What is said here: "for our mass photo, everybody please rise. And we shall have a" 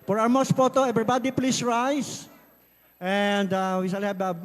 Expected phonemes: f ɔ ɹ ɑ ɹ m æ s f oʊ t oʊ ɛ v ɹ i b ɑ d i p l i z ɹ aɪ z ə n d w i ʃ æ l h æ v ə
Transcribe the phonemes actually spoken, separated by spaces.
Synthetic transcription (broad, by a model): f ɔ ɹ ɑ w m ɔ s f oʊ t oʊ ɛ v ɹ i b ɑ d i p l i s ɹ aɪ s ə n d w i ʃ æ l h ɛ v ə